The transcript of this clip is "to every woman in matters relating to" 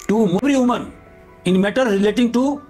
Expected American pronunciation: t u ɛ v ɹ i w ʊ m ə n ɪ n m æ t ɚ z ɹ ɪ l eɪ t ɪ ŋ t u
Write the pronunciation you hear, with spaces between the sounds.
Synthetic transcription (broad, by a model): t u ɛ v ɹ i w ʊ m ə n ɪ n m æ t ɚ ɹ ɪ l eɪ t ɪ ŋ t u